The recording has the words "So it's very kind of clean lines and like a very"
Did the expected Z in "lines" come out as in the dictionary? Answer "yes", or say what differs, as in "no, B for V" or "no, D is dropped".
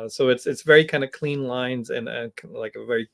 yes